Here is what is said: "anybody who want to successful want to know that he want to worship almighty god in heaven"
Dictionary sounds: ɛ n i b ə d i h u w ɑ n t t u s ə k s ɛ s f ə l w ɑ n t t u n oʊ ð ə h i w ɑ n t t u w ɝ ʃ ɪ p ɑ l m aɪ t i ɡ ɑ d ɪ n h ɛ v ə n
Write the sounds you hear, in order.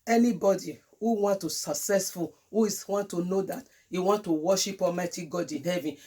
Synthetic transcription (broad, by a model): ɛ n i b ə d i h u w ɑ n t t u s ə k s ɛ s f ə l w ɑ n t t u n oʊ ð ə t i w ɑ n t t u w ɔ ʃ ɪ p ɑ m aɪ t i ɡ ɑ d ɪ n h ɛ v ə n